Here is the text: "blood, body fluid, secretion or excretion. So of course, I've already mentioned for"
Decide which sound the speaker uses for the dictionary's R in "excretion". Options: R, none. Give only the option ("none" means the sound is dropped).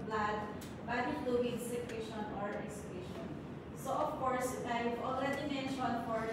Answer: none